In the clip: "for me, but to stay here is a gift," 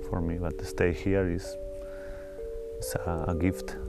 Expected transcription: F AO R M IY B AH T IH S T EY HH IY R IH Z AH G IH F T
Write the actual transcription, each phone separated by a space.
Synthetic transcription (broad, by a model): F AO R M IY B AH T IH S T EY HH IY R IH S AH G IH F T